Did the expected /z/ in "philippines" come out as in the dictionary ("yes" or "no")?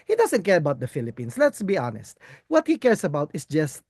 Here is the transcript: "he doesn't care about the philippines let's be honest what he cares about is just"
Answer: no